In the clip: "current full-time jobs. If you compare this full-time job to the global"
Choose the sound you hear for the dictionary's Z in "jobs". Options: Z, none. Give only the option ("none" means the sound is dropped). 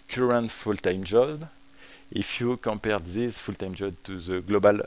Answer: none